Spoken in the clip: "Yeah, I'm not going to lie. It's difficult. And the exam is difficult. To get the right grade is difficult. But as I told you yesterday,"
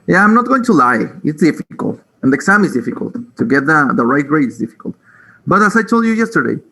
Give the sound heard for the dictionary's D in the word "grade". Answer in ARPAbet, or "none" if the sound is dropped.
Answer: none